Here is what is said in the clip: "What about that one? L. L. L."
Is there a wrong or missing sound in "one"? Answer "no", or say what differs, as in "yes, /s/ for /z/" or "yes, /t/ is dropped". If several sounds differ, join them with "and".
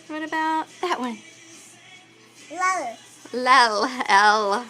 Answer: yes, /l/ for /n/